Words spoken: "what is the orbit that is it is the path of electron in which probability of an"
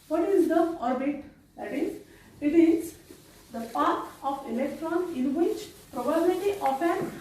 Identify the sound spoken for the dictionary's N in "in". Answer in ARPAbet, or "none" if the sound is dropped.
N